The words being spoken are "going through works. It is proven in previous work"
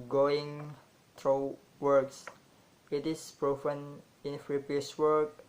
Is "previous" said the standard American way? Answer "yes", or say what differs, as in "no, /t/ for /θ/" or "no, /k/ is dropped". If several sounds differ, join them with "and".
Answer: no, /f/ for /p/ and /p/ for /v/